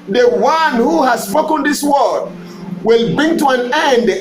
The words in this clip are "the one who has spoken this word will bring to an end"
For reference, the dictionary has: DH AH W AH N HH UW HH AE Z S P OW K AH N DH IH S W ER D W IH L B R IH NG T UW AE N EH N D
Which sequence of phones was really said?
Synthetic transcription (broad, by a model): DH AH W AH N HH UW HH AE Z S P OW K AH N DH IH S W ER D W IH L B R IH NG T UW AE N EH N D